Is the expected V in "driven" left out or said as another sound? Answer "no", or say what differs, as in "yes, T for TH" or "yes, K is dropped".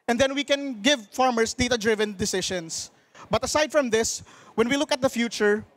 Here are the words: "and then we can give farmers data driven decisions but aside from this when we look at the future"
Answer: no